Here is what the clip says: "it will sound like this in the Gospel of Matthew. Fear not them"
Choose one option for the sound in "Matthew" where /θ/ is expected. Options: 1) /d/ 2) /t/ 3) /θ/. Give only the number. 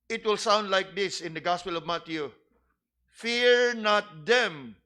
2